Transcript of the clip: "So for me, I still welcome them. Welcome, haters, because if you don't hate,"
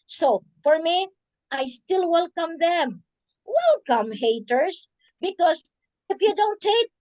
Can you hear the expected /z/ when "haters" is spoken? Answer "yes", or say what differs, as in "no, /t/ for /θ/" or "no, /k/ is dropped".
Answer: no, /s/ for /z/